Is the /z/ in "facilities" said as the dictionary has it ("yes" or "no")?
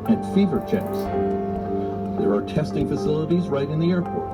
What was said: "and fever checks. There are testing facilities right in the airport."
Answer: yes